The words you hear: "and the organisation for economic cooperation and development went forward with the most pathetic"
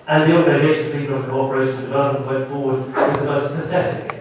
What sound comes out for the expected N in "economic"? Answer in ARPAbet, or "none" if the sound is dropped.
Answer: L